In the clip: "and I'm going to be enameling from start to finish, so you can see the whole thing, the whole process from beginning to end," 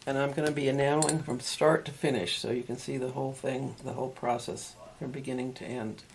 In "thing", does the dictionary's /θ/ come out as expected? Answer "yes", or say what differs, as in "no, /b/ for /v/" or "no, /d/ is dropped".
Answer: yes